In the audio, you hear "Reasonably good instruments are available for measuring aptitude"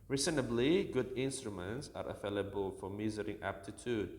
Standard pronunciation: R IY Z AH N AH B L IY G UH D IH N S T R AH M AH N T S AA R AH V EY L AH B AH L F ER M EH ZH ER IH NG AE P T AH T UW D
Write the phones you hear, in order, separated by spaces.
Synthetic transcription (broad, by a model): R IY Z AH N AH B L IY G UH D IH N S T R AH M AH N T S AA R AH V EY L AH B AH L F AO M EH Z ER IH NG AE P T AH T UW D